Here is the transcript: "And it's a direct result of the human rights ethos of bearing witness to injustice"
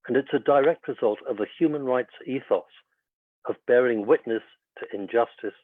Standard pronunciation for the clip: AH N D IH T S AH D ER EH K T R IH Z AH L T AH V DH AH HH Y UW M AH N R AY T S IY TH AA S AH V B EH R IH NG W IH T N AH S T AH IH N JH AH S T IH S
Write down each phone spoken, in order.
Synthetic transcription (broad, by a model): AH N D IH T S AH D ER EH K T R IH Z AH L T AH V DH AH HH Y UW M AH N R AY T S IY TH AA S AH V B EH R IH NG W IH T N AH S T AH IH N JH AH S T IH S